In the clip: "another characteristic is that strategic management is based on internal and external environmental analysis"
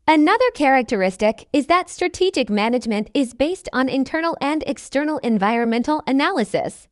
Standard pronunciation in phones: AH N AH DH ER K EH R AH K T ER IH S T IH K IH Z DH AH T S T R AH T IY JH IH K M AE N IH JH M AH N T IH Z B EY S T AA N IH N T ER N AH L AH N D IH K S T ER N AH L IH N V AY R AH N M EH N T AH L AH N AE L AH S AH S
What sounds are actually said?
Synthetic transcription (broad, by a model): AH N AH DH ER K EH R AH K T ER IH S T IH K IH Z DH AH T S T R AH T IY JH IH K M AE N IH JH M AH N T IH Z B EY S T N IH N T ER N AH L AH N D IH K S T ER N L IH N V AY R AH N M EH N T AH L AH N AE L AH S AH S